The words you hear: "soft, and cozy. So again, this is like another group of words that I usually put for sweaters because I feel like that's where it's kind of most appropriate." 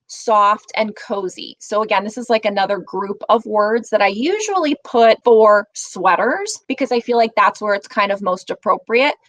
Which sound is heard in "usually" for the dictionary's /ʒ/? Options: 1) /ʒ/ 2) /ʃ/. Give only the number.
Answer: 1